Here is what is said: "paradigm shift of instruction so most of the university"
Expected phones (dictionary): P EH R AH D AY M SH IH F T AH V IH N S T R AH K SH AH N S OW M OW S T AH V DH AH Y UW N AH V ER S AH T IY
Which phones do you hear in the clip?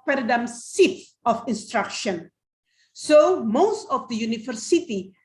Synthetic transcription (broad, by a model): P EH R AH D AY M S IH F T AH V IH N S T R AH K SH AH N S OW M OW S T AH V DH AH Y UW N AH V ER S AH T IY